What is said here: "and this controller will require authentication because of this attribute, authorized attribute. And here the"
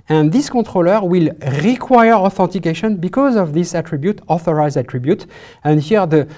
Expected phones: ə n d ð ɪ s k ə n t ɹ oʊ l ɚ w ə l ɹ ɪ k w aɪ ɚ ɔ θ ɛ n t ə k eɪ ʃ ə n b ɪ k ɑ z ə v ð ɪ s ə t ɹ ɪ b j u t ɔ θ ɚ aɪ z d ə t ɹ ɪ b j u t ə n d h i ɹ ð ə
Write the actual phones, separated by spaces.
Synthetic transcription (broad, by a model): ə n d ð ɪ s k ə t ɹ oʊ l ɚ w ə l ɹ ɪ k w aɪ ɚ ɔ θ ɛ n t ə k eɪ ʃ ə n b ɪ k ɑ z ə v ð ɪ s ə t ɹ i b j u t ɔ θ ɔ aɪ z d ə t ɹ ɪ b j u t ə n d h i ɹ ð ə